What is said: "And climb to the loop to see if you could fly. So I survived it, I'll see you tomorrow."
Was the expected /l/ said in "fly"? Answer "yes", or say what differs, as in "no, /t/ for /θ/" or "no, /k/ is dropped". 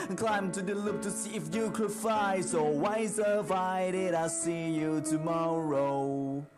no, /l/ is dropped